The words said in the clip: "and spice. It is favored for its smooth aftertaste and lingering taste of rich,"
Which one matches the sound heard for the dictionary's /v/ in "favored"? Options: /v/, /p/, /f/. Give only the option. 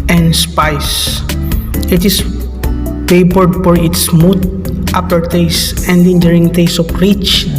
/p/